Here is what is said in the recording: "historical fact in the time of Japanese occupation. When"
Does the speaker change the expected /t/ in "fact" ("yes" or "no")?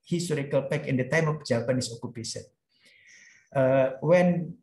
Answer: yes